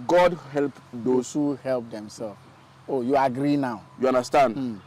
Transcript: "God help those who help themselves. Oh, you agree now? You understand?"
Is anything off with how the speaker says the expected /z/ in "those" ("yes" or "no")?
yes